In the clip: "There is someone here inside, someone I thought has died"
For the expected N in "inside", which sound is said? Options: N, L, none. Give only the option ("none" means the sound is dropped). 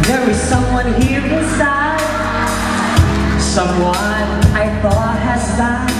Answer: none